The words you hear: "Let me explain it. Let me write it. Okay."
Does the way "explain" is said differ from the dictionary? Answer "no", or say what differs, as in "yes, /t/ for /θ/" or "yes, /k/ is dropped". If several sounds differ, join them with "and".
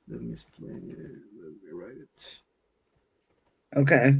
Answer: yes, /n/ is dropped